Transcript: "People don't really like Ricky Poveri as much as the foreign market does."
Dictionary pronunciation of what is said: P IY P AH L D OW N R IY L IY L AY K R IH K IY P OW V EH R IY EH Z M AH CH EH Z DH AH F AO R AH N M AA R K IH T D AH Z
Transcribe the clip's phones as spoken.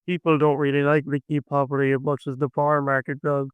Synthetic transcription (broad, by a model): P IY P L D OW N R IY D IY N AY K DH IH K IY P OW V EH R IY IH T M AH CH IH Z DH AH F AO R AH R M AA R K IH T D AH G